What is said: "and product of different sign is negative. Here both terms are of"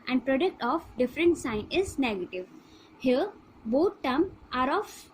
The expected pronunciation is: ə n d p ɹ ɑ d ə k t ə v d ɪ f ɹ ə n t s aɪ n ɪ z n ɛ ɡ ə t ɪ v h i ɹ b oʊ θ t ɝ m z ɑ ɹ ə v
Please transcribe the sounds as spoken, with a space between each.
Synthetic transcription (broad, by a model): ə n d p ɹ ɑ d ə k t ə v d ɪ f ɹ ə n t s aɪ n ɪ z n ɛ ɡ ə t ɪ v h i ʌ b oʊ t t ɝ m ɑ ɹ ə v